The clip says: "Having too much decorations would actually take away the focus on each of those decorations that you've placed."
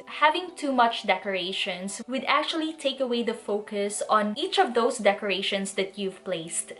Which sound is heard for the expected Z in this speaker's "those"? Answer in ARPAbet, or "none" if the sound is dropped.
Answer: S